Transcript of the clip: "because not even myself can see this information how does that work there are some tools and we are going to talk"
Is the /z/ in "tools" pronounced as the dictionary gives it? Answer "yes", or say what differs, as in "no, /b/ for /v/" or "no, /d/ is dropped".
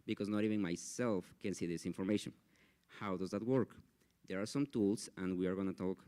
no, /s/ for /z/